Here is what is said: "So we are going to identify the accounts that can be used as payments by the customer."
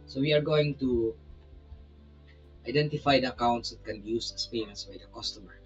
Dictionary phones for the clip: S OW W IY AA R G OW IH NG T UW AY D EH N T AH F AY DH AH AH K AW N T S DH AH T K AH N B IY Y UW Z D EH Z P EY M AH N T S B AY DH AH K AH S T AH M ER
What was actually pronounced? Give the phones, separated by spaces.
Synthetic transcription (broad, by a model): S OW W IY AA R G OW IH NG T UW AY D EH N T AH F AY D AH AH K AW N T S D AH T K AH N B IY Y UW S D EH S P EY AH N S B AY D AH K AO S T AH M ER